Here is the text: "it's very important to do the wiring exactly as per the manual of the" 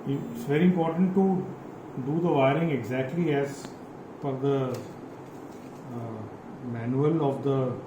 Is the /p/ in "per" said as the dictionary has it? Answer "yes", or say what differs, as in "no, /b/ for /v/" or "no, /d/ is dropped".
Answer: no, /f/ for /p/